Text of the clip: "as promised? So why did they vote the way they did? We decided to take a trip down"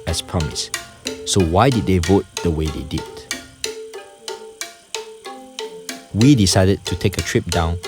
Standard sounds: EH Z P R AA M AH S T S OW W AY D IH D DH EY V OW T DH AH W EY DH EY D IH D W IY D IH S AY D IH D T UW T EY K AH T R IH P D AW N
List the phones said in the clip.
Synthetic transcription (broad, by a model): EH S P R AA M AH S S OW W AY D IH D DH EY V OW T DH AH W EY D EY D IH D W IY D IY S AY D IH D T UW T EY K AH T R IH P D AW N